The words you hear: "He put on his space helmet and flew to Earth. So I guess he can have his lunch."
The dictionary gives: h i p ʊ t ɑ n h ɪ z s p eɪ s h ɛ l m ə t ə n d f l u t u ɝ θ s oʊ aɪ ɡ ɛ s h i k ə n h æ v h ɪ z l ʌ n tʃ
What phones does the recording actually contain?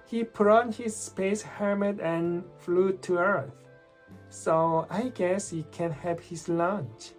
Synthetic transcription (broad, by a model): h i p ʊ t ɑ n h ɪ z s p eɪ s h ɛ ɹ m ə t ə n f l u t u ɝ θ s oʊ aɪ ɡ ɛ s h i k ə n h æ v h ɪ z l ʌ n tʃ